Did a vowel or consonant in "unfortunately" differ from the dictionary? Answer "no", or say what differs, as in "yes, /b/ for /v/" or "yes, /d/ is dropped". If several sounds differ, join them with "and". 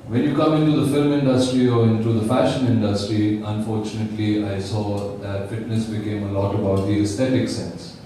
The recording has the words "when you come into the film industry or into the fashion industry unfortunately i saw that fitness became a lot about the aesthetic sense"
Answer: no